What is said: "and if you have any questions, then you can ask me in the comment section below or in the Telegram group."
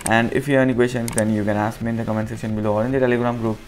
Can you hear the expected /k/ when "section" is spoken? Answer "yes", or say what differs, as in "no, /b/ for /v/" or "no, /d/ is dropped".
no, /k/ is dropped